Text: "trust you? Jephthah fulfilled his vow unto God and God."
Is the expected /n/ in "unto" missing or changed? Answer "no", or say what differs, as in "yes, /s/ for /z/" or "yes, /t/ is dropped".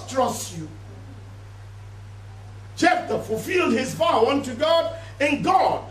no